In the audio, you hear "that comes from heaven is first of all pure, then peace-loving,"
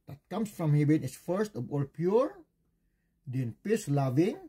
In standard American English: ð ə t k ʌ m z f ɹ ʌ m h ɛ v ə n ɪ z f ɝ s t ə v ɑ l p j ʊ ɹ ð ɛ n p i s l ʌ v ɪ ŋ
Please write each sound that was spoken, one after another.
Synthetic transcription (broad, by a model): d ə t k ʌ m s f ɹ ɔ m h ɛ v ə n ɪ s f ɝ s t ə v ɑ l p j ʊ ɹ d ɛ n p i s l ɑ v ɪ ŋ